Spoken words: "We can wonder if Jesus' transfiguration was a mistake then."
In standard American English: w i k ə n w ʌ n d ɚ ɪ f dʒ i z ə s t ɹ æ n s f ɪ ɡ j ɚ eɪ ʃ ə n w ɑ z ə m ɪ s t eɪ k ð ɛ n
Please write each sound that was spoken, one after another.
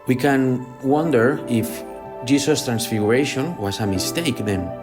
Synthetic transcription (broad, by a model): w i k ə n w ʌ n d ɚ ɪ f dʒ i s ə s t ɹ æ n s f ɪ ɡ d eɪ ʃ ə n w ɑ s ə m ɪ s t eɪ k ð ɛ n